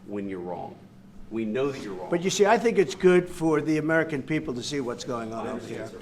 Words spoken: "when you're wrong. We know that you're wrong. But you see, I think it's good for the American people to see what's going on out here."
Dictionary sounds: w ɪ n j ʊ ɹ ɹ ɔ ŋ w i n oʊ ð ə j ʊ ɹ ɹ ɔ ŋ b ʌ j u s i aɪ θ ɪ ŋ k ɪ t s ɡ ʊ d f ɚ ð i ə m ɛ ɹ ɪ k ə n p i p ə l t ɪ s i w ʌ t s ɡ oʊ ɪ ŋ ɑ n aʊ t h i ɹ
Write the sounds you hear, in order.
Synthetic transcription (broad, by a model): w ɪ n j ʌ ɹ ɹ ɔ ŋ w i n oʊ ð ə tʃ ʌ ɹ ɹ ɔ b ʌ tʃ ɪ s i aɪ θ ɪ ŋ k ɪ t s ɡ ʊ d f ɚ ð i ə m ɛ ɹ ɪ k ə n p i p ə l t ɪ s i w ʌ t s ɡ oʊ ɪ ŋ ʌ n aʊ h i ɹ